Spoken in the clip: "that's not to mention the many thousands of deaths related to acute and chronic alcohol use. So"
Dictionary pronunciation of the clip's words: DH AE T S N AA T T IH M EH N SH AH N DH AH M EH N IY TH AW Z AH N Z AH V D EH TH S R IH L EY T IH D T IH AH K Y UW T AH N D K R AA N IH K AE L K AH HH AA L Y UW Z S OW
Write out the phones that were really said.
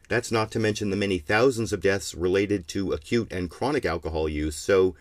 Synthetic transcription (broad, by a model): DH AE T S N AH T T IH M EH N SH AH N DH AH M EH N IY TH AW Z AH N Z AH V D EH TH S R IH L EY T IH D T IH AH K Y UW T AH N K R AA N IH K AE L K AH HH AA L Y UW Z S OW